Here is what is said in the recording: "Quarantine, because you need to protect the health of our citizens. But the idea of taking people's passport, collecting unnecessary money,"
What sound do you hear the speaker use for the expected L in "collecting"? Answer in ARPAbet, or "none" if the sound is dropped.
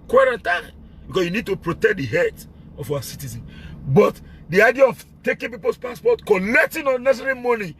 N